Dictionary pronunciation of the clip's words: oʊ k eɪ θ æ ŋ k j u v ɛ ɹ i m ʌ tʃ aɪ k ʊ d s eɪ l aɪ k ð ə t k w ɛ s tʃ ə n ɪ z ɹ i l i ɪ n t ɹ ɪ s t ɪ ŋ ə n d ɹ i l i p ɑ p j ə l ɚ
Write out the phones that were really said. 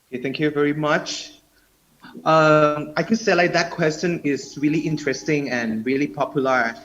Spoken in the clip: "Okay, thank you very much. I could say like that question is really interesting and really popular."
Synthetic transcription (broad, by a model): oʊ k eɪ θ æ ŋ k j u v ɛ ɹ i m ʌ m aɪ k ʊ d s eɪ l aɪ k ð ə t k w ɛ s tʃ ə n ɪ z ɹ i l i ɪ n t ɹ ɪ s t ɪ ŋ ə n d ɹ i l i p ɑ p j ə l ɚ